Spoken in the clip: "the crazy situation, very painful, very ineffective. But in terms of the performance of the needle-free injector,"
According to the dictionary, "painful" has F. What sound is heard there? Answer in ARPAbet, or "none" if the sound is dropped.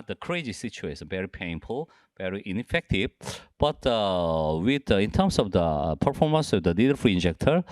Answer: F